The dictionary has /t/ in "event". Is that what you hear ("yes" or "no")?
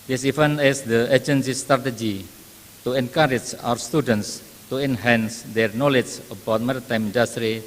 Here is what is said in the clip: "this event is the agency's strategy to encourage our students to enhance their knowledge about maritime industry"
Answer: no